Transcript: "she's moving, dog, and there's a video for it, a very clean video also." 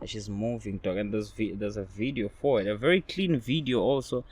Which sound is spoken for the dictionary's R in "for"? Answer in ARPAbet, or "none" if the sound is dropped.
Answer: W